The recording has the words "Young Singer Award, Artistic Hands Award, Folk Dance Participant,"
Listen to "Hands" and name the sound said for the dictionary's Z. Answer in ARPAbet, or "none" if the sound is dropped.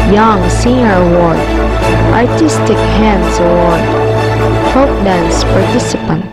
S